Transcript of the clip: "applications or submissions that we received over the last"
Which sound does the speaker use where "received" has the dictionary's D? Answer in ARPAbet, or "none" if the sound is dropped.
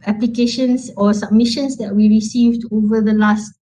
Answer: D